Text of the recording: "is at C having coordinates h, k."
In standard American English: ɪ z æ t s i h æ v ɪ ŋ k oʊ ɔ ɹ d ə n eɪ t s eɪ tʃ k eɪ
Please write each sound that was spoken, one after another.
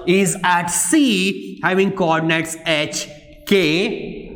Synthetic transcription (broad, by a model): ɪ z æ t s i h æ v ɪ ŋ k oʊ ɔ ɹ d ə n eɪ t s eɪ tʃ k eɪ